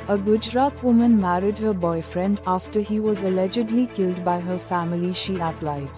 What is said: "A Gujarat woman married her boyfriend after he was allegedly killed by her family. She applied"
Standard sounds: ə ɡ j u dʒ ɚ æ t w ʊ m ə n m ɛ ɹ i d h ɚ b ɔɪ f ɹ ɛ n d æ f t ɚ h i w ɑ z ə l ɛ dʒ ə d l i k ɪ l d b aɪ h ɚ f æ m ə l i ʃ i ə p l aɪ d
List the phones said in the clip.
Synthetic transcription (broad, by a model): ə ɡ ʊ dʒ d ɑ t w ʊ m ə n m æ ɹ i d h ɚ b ɔɪ f ɹ ɛ n d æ f t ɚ h i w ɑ z ə l ɛ dʒ ə d l i k ɪ l d b aɪ h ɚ f æ m ə l i ʃ i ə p l aɪ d